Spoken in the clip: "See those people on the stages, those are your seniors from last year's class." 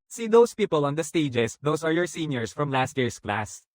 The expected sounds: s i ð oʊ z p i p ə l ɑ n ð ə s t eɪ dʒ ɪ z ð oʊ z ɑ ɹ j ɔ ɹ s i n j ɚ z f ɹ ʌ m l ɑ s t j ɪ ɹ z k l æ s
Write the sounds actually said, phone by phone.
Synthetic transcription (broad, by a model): s i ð oʊ s p i p ə l ɑ n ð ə s t eɪ dʒ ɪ s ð oʊ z ɑ ɹ j ɔ ɹ s i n j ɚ s f ɹ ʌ m l ɑ s t j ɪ ɹ s k l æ s